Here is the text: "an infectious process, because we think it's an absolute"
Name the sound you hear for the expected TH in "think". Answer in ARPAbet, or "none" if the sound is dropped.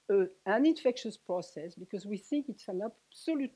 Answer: TH